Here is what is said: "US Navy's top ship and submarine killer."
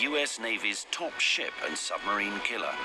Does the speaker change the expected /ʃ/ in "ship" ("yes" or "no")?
no